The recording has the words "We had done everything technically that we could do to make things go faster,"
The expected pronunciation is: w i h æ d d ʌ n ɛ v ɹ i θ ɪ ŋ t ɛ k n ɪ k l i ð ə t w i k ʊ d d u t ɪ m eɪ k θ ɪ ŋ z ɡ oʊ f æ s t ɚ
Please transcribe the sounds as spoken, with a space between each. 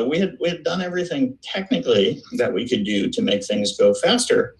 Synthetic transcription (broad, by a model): w i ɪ d d ʌ n ɛ v ɹ i θ ɪ ŋ t ɛ k n ɪ k l i ð ə t w i k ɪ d d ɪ t ɪ m eɪ k θ ɪ ŋ z ɡ oʊ f æ s t ɚ